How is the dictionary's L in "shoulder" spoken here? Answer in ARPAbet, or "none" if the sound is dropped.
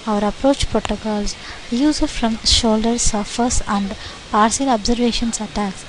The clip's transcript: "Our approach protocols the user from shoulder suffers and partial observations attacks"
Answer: L